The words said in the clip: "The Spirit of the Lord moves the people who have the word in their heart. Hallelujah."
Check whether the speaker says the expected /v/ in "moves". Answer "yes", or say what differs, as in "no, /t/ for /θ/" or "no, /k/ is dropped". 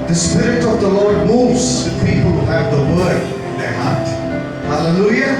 no, /v/ is dropped